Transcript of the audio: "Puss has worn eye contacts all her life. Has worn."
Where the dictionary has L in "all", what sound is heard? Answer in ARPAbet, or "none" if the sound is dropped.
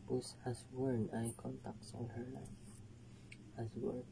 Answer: N